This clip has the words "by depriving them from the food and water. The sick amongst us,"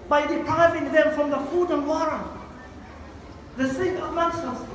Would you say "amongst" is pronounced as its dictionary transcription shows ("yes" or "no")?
no